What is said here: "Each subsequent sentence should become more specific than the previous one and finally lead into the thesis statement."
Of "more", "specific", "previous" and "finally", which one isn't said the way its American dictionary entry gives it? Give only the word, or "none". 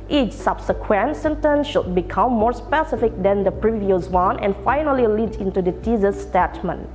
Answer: none